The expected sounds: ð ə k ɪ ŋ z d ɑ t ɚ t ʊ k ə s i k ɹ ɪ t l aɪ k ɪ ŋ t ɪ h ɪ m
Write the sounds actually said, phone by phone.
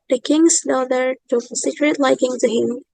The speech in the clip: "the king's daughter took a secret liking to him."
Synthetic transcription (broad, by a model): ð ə k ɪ ŋ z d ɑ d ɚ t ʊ ə s i k ɹ ɪ t l aɪ k ɪ ŋ t ɪ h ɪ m